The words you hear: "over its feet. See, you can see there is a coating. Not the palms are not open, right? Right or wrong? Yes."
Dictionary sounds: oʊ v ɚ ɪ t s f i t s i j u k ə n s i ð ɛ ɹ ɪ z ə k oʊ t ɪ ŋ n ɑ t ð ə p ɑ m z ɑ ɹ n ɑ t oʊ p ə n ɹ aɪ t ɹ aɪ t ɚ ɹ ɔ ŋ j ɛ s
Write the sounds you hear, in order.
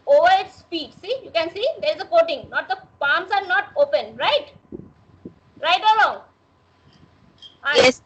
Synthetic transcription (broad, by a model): oʊ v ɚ ɪ t s p i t s i j u k ə n s i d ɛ ɹ ɪ z ə k oʊ t ɪ ŋ n ɑ t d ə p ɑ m s ɑ ɹ n ɑ t oʊ p ə n ɹ aɪ t ɹ aɪ t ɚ l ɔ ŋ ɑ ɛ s